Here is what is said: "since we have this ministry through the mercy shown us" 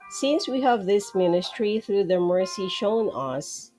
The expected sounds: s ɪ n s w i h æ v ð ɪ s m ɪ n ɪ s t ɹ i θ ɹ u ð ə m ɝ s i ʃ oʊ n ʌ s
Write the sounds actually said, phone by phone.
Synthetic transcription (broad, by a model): s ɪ n s w i h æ v ð ɪ s m ɪ n ɪ s t ɹ i θ ɹ u ð ə m ɝ s i ʃ oʊ n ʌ s